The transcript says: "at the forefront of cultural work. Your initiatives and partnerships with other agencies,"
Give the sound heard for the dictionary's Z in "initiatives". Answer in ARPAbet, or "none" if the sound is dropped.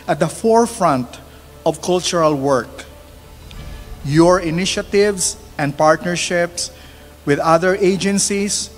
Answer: S